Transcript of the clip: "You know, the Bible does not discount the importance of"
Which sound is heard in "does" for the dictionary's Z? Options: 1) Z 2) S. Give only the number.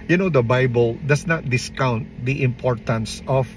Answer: 2